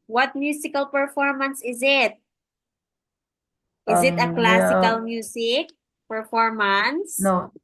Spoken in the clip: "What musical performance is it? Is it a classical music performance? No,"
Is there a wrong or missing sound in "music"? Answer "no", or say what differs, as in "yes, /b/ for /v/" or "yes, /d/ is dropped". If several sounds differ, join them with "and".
yes, /s/ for /z/